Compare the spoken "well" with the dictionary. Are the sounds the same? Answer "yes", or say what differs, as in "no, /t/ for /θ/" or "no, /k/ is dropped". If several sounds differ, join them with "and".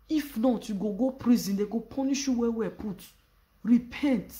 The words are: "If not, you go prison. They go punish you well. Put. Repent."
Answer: no, /w/ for /l/